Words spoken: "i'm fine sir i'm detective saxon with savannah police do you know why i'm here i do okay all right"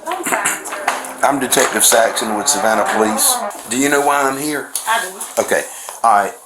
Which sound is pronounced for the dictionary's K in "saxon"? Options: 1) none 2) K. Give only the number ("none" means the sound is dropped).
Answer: 2